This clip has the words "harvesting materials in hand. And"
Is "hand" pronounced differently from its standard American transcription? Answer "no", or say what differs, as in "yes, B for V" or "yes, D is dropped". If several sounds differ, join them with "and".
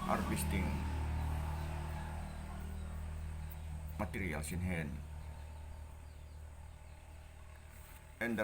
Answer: yes, D is dropped